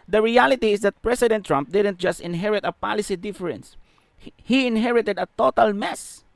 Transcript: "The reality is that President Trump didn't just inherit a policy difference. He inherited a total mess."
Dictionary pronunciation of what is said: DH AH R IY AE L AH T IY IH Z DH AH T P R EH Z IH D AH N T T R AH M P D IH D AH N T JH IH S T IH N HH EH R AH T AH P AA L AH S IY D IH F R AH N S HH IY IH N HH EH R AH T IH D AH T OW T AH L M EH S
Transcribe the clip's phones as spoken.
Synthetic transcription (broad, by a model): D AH R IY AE L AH T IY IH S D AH T P R EH S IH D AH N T T R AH M P D IH D AH N T JH IH S T IH N HH EH R AH T AH P AA L AH S IY D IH F R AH N S HH IY IH N HH EH R AH T IH D AH T OW T AH L M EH S